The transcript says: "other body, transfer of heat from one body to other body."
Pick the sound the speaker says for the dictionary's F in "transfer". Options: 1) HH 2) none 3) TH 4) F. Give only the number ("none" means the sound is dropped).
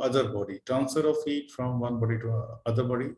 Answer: 2